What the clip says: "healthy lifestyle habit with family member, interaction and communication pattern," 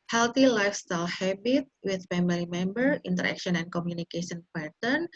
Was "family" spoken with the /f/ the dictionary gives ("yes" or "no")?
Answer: no